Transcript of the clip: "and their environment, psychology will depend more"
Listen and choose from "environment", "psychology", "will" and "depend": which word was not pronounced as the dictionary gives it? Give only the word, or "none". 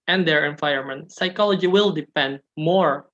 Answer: environment